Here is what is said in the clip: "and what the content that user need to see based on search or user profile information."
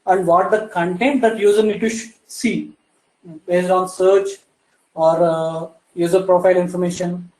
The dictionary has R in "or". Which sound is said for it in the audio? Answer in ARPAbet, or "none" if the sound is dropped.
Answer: R